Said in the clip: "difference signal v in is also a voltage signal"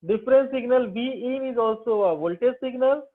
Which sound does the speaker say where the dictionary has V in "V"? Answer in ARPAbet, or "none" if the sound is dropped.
B